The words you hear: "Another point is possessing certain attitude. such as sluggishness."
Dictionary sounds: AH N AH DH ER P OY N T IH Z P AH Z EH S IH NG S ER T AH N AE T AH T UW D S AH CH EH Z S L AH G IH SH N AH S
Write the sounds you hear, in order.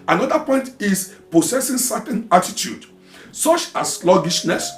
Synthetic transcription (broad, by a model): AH N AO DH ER P OY N T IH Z P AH S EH S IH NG S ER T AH N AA T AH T UW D S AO CH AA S L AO G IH SH N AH S